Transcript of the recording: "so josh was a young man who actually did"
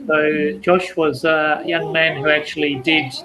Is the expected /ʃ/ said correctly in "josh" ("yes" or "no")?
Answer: yes